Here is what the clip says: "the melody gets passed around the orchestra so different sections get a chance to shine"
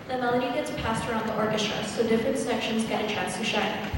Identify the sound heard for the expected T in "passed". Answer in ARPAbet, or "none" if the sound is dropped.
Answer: T